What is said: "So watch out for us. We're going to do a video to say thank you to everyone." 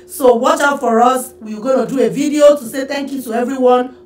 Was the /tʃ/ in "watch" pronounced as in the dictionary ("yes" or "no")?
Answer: yes